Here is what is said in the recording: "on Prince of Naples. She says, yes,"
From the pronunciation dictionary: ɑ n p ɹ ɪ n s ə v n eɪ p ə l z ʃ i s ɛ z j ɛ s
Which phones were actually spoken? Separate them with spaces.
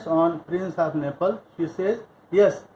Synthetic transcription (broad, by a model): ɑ n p ɹ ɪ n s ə p n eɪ p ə l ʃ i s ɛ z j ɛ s